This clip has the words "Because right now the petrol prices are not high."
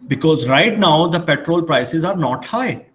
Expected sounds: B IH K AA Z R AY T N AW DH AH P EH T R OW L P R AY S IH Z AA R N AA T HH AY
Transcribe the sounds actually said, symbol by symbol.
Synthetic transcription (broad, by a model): B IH K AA Z R AY T N AW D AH P EH T R OW L P R AY S IH Z AA R N AA T HH AY